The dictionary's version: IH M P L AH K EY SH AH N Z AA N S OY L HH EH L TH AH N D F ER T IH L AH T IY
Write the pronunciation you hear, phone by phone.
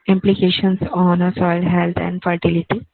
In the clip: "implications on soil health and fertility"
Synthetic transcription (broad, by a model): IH M P L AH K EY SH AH N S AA N S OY L HH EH L T AH N D F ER T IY L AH T IY